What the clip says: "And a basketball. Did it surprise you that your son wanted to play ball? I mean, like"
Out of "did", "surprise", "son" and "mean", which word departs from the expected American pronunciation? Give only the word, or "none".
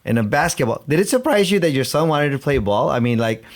none